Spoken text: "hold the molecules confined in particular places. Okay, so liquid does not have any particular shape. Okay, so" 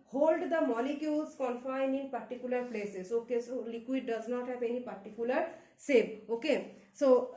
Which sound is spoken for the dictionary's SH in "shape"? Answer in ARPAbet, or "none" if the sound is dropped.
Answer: S